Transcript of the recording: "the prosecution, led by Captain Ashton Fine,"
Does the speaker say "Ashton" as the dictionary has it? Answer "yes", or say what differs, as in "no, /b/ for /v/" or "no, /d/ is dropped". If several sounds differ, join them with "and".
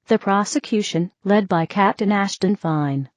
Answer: yes